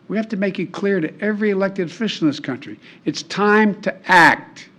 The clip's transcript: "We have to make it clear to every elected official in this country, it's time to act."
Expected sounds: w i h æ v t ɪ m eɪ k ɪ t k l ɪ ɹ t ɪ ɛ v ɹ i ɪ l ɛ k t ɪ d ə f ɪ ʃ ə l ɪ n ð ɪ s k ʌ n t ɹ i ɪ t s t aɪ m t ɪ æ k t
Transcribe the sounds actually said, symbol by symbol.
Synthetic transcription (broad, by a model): w i h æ f t ɪ m eɪ k ɪ t k l ɪ ɹ t ɪ ɛ v ɹ i ɪ l ɛ k t ɪ d f ɪ ʃ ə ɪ n ð ɪ s k ʌ n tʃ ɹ i ɪ t s t aɪ m t ɪ æ k t